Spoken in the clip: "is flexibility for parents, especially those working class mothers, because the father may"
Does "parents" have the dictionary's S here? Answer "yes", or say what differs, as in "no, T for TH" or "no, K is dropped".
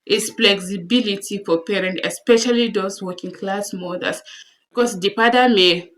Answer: no, S is dropped